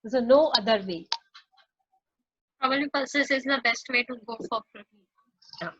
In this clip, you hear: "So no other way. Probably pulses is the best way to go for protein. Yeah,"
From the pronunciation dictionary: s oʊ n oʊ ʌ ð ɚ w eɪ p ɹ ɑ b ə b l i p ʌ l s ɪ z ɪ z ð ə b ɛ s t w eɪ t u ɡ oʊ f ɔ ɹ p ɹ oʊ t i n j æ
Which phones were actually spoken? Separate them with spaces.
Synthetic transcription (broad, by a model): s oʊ n oʊ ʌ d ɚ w eɪ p ɹ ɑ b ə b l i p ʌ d s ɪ s ɪ z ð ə b ɛ s t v eɪ t u ɡ oʊ f ɔ ɹ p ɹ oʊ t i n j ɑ